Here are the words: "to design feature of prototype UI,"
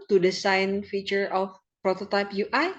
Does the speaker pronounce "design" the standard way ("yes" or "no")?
no